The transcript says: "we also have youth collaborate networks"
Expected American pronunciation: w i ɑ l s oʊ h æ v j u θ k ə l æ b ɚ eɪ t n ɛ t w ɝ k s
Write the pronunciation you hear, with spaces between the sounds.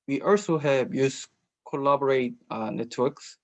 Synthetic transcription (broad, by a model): w i ɑ l s oʊ h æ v j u s k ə l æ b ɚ eɪ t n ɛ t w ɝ k s